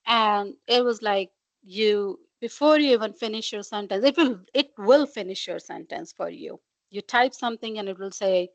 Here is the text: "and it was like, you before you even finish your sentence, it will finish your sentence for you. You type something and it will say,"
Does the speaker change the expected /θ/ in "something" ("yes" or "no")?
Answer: yes